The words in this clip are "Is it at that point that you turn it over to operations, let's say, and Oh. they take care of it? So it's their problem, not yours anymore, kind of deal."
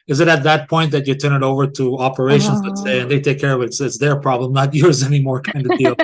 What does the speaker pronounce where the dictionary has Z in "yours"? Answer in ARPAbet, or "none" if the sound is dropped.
Z